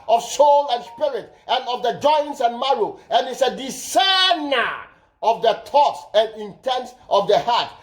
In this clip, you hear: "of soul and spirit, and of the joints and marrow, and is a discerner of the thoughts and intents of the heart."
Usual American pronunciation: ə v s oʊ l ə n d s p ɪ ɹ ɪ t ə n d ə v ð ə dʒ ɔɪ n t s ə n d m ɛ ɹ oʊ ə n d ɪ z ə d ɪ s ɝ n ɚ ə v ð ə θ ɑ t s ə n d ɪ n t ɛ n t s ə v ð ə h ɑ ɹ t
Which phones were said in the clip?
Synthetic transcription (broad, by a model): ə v s oʊ l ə n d s p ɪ ɹ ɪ t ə n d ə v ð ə dʒ ɔɪ n t s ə n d m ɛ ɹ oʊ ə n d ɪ s ə d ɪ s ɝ n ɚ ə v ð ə t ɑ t s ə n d ɪ n t ɛ n t s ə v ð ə h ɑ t